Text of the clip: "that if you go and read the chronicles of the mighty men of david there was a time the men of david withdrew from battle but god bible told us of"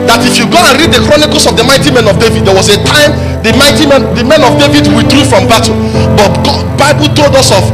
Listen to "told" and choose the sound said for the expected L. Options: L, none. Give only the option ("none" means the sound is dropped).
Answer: L